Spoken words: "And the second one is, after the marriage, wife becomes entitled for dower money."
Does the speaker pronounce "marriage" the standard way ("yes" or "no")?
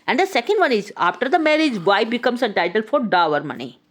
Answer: yes